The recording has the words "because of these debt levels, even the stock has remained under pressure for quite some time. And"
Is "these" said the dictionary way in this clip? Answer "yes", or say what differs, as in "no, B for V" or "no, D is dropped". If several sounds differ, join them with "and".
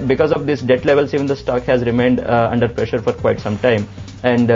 no, S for Z